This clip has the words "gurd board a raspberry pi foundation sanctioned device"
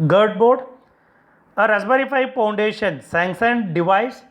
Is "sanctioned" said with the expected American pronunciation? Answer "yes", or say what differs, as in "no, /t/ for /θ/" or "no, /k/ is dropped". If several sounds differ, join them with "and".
no, /s/ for /ʃ/